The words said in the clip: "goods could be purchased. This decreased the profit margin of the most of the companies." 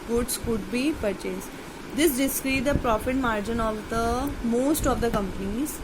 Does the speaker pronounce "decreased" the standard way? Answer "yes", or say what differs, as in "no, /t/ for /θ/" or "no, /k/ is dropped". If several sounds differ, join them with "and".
no, /s/ is dropped